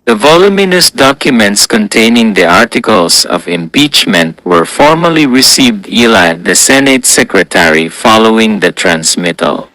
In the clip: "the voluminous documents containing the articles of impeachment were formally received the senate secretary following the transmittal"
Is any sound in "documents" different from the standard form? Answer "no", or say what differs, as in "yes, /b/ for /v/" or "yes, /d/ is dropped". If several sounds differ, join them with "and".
no